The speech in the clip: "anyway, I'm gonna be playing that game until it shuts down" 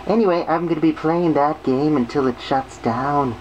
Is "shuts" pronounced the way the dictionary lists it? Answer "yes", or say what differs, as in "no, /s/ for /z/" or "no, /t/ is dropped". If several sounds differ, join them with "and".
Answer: yes